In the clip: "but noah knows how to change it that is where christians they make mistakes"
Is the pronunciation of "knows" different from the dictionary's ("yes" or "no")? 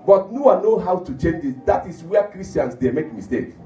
yes